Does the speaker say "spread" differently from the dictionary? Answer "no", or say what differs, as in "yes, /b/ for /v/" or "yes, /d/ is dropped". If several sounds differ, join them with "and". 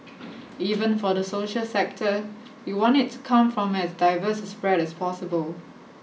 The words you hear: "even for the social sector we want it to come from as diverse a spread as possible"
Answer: no